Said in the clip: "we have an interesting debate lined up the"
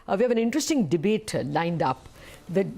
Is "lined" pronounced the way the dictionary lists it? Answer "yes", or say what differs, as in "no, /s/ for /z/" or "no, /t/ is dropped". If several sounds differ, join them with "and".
yes